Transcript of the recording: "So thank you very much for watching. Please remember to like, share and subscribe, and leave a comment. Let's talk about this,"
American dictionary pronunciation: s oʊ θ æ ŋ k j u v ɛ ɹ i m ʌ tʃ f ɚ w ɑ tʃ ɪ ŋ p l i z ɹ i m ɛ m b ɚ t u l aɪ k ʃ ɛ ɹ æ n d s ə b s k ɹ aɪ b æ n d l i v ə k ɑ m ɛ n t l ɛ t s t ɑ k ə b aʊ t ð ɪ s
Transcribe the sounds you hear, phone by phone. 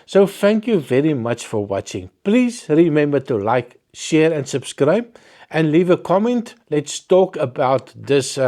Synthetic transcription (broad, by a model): s oʊ θ æ ŋ k j u v ɛ ɹ i m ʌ tʃ f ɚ w ɑ tʃ ɪ ŋ p l i z ɹ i m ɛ m b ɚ t u l aɪ k ʃ ɛ ɹ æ n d s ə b s k ɹ aɪ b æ n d l i v ə k ɑ m ɛ n t l ɛ t s t ɑ k ə b aʊ t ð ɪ s